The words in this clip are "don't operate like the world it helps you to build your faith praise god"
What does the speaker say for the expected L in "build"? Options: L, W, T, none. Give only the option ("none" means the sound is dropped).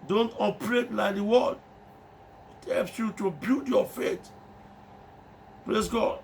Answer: none